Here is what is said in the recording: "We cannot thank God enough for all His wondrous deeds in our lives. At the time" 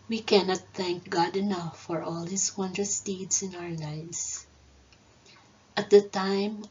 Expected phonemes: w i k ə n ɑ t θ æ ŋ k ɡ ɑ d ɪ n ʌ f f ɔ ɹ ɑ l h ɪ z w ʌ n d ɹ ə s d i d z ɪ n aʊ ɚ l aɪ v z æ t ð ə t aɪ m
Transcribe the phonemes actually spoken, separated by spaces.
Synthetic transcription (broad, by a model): w i k ə n ɑ t θ æ ŋ k ɡ ɑ d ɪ n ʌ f f ɔ ɹ ɑ l h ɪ s w ʌ n d ɹ ə s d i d s ɪ n aʊ ɚ l aɪ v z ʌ t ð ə t aɪ m